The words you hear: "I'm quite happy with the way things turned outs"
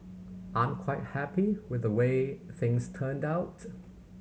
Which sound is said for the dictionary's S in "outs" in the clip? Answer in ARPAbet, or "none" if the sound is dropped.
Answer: none